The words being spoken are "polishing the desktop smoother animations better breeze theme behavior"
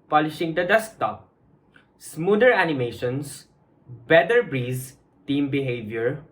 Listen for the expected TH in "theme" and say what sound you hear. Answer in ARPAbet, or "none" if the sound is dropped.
T